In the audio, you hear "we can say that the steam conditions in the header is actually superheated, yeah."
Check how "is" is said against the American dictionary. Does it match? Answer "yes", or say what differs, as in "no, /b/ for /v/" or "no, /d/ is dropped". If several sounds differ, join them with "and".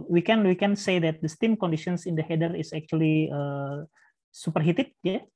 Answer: no, /s/ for /z/